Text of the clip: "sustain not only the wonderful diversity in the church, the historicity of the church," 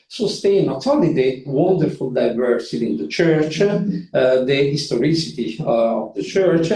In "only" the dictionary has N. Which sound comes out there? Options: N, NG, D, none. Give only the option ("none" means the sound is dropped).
none